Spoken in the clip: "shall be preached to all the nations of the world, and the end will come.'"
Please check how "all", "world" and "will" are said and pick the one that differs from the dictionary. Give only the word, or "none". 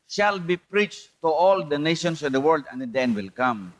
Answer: none